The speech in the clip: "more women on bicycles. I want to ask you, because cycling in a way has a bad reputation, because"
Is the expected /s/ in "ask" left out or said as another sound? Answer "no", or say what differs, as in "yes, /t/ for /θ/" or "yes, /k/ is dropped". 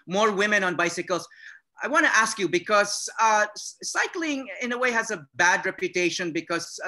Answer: no